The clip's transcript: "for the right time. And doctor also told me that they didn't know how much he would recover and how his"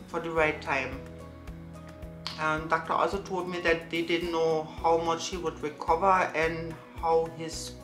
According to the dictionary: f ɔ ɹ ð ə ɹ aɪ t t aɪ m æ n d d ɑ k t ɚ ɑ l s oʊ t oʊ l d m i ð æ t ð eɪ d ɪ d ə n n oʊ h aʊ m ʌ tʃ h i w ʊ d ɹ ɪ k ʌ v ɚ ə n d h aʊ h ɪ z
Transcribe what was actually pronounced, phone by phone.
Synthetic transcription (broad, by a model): f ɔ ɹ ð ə ɹ aɪ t t aɪ m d d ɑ k t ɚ ɑ l s oʊ t oʊ l d m i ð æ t ð eɪ d ɪ d n n oʊ h aʊ m ʌ tʃ h i w ʊ d ɹ ɪ k ʌ v ɚ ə n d h aʊ h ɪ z